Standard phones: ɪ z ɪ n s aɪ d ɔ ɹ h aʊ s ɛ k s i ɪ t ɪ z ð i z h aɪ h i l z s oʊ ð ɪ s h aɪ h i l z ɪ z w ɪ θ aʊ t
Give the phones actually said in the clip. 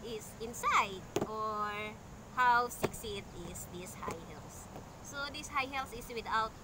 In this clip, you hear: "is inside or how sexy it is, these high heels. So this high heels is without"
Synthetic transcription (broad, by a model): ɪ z ɪ n s aɪ d ɔ ɹ h aʊ s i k s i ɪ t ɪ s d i s h aɪ h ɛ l s oʊ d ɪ s h aɪ h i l s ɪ s w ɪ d aʊ t